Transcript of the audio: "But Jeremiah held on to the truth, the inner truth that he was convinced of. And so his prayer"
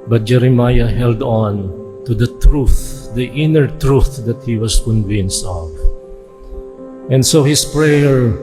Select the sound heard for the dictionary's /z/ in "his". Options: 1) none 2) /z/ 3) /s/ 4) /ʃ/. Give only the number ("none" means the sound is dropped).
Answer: 3